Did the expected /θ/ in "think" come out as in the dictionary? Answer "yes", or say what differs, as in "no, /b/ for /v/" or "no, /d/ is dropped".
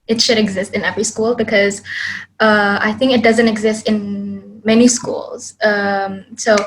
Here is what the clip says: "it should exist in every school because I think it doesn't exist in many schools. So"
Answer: yes